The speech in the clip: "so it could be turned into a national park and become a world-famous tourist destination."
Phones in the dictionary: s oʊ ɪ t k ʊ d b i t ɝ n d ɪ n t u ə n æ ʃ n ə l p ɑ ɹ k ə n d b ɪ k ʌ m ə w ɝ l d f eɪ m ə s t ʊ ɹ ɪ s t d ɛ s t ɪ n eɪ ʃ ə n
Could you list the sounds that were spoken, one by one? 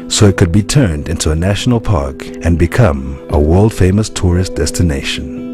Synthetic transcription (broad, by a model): s oʊ ɪ t k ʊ d b i t ɝ n d ɪ n t u ə n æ ʃ n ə l p ɑ ɹ k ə n b ɪ k ʌ m ə w ɝ l d f eɪ m ə s t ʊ ɹ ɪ s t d ɛ s t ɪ n eɪ ʃ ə n